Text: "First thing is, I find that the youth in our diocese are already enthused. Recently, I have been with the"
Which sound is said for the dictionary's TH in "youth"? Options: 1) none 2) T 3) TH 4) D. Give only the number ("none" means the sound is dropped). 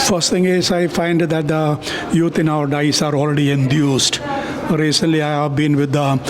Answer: 2